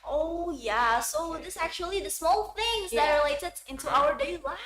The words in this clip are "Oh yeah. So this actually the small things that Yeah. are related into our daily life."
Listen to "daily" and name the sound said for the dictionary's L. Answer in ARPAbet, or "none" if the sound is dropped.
none